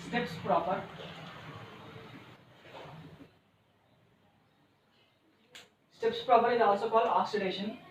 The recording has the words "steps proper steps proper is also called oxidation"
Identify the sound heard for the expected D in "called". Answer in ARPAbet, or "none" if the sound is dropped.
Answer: none